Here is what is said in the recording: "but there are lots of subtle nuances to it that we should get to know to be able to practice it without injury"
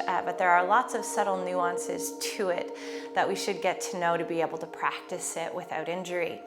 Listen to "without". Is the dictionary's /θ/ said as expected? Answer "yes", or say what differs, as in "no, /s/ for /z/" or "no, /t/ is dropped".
yes